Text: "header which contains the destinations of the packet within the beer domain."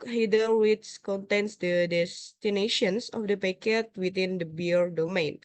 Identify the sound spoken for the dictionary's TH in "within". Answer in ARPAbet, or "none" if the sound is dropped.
T